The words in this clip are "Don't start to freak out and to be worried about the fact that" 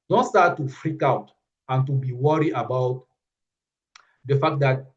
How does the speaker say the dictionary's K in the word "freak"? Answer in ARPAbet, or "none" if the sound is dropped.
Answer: K